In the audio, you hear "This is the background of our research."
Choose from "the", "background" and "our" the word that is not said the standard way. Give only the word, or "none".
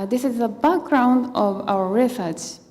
none